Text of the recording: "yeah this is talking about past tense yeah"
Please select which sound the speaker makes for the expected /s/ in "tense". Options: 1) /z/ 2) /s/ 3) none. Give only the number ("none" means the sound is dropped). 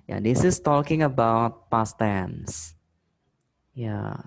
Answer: 2